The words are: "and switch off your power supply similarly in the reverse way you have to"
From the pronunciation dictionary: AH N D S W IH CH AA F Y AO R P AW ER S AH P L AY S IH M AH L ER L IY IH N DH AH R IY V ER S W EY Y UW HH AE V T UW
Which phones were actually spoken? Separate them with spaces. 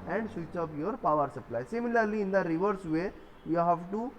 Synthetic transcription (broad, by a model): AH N D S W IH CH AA P Y AO R P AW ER S AH P L AY S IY M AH L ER L IY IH N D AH R IY V ER S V EY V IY HH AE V T UW